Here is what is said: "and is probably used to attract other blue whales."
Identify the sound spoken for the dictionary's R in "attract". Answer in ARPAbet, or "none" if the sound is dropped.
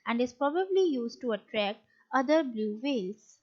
R